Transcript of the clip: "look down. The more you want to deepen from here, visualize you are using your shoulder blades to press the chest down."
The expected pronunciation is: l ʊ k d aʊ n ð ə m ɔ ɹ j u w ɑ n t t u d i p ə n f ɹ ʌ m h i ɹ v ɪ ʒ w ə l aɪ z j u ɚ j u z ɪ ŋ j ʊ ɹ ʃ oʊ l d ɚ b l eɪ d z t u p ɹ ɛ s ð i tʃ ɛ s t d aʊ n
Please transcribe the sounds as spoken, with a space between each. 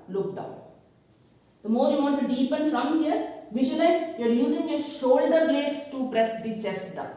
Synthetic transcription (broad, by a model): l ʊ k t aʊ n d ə m ɔ ɹ j u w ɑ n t t u d i p ə n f ɹ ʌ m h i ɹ v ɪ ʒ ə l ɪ s j u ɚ j u z ɪ ŋ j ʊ ʃ oʊ l d ɚ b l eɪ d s t u p ɹ ɛ s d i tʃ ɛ s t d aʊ